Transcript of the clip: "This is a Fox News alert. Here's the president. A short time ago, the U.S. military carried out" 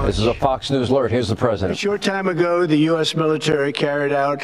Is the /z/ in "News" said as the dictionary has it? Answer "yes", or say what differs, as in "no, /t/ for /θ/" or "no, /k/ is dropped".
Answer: yes